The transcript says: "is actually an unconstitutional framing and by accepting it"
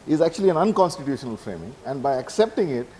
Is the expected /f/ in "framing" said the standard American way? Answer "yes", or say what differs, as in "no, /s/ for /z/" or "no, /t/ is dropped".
yes